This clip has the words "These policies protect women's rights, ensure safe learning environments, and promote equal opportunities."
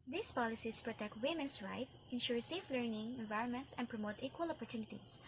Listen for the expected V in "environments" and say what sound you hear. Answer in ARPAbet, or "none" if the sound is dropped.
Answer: V